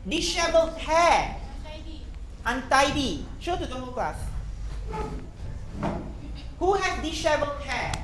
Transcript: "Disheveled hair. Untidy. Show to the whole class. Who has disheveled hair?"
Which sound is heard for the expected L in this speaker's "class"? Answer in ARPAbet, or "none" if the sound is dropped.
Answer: none